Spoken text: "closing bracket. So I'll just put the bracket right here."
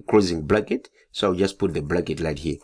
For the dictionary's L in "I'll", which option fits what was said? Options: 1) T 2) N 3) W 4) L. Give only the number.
3